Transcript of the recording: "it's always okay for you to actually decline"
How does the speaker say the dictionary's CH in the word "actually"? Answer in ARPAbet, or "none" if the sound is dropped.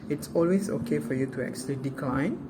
S